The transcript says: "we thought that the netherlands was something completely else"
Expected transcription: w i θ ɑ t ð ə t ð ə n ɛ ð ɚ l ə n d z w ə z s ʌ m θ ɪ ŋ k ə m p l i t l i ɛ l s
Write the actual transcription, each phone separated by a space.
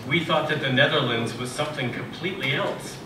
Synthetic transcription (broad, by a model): w i θ ɑ t ð ə t ð ə n ɛ ð ɚ l ə n d z w ə z s ʌ m θ ɪ ŋ k ə m p l i t l i ɛ l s